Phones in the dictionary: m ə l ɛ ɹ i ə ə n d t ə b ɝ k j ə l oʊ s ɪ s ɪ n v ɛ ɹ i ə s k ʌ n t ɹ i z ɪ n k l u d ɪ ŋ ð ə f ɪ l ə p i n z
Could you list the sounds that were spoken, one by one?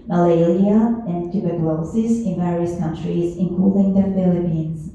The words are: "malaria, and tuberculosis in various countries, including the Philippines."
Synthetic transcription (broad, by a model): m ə l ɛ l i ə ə n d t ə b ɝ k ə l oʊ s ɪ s ɪ n v ɛ ɹ i ə s k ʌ n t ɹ i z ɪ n k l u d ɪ ŋ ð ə f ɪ l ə p i n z